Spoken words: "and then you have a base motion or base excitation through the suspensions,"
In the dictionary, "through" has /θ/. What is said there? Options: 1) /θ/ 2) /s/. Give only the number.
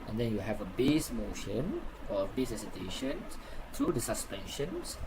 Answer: 2